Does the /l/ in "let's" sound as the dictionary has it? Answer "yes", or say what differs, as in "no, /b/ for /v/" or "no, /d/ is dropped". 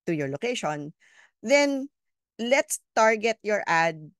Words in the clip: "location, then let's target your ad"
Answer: yes